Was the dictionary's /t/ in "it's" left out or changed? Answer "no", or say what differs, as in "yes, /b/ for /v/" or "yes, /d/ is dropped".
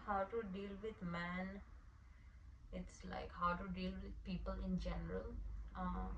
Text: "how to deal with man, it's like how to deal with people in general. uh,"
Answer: no